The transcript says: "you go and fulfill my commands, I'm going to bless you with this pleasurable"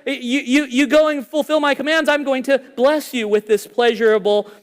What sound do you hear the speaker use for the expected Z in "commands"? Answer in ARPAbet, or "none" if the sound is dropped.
Z